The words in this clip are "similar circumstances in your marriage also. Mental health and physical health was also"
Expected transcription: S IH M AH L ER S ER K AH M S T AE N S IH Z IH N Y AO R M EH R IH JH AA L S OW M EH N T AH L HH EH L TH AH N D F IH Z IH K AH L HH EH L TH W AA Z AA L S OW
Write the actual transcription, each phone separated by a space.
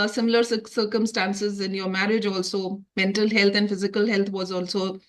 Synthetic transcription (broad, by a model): S IH M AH L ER S ER K AH M S T AE N S IH Z IH N Y AO R M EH R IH JH AA L S OW M EH N T AH L HH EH L T AH N D F IH Z IH K AH L HH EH L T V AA Z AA L S OW